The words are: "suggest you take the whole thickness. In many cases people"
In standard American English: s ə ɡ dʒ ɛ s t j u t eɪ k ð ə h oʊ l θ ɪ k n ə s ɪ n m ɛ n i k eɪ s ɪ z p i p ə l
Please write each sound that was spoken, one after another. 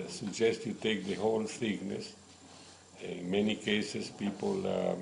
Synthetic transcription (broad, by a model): s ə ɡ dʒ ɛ s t j u t eɪ k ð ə h oʊ l s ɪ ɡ n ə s ɪ n m ɛ n i k eɪ s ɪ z p i p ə l